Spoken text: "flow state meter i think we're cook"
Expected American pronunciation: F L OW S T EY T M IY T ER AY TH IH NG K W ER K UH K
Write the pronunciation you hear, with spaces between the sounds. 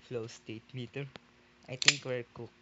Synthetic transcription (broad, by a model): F L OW S T EY T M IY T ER AY T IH NG K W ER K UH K